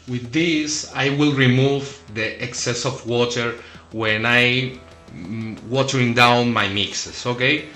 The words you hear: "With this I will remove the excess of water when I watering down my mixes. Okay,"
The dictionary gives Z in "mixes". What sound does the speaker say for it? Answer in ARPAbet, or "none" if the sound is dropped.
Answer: S